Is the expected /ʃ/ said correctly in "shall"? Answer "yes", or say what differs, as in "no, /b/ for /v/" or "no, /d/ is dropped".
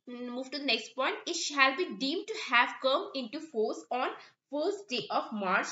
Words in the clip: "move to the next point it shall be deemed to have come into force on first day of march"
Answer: yes